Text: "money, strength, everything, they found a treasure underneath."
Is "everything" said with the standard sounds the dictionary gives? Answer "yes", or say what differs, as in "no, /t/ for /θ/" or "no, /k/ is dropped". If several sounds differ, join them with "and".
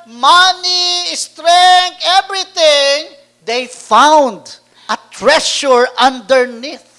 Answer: no, /t/ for /θ/